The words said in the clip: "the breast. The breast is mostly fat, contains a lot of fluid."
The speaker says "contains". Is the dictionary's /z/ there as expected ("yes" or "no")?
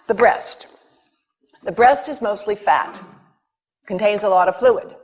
yes